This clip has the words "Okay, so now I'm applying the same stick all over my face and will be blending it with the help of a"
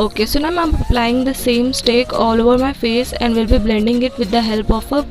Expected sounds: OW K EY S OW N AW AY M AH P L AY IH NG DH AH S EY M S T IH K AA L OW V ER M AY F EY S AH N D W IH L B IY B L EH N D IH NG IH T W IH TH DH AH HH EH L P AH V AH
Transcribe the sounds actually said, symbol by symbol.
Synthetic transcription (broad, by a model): OW K EY S OW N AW AY M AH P L AY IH NG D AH S EY M S T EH K AA L OW V ER M AY F EY S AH N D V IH L B IY B L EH N D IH NG IH T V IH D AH HH EH L P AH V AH